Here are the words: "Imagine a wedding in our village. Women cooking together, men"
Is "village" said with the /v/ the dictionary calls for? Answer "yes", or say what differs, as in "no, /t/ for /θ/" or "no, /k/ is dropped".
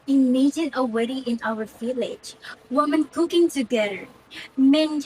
no, /f/ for /v/